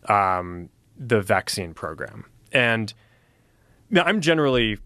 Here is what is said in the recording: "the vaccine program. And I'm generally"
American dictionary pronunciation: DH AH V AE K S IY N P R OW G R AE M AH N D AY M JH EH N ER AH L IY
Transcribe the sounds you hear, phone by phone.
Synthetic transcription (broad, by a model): DH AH V AE K S IY N P R OW G R AE M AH N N AY M JH EH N ER L IY